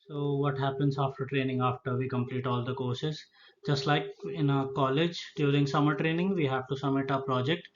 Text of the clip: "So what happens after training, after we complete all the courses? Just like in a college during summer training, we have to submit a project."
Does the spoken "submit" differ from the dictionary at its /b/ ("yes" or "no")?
yes